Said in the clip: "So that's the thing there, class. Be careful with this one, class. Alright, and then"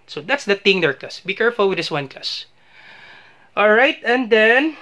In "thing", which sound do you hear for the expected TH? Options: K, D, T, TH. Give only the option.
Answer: T